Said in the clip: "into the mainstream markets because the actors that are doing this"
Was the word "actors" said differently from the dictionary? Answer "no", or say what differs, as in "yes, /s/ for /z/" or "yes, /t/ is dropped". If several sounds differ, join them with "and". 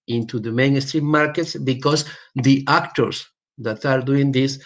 yes, /s/ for /z/